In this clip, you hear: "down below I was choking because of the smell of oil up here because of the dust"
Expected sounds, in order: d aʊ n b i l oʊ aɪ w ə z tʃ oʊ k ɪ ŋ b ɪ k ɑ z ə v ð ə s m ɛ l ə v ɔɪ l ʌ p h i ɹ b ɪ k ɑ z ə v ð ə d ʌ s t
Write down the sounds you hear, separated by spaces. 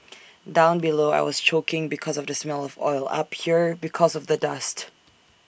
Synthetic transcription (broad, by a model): d aʊ n b i l oʊ aɪ w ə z tʃ oʊ k ɪ ŋ b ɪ k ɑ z ə v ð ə s m ɛ l ə v ɔɪ l ʌ p h i ɹ b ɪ k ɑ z ə v ð ə d ʌ s t